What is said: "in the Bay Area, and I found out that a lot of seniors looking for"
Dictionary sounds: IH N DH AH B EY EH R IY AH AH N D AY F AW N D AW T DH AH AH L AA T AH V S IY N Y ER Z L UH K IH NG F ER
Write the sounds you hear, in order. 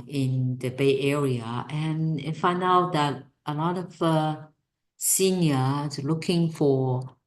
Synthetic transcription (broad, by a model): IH N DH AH B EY EH R IY AH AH N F AY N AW D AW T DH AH AH L AA T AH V S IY N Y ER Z L UH K IH NG F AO